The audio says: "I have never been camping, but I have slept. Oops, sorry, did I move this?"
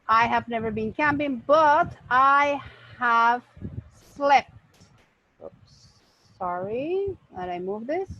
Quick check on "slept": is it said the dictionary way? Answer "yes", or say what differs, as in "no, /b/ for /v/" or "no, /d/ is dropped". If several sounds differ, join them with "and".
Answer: yes